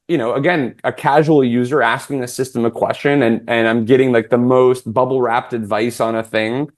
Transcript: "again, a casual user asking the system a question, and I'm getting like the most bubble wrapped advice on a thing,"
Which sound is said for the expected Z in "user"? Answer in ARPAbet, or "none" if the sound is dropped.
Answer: Z